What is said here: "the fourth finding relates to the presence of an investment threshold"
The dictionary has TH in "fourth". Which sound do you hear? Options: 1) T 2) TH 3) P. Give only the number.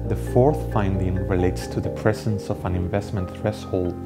2